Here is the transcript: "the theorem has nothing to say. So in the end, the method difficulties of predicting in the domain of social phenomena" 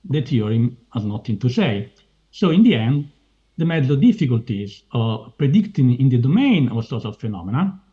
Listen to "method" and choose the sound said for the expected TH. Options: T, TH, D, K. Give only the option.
T